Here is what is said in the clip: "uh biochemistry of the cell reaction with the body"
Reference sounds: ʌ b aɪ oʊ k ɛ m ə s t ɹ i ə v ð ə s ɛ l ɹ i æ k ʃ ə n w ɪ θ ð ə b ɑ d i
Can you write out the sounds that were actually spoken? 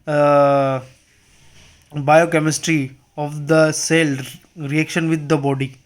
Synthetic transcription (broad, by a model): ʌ b aɪ oʊ k ɛ m ə s t ɹ i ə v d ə s ɛ l ɹ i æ k ʃ ə n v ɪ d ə b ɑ d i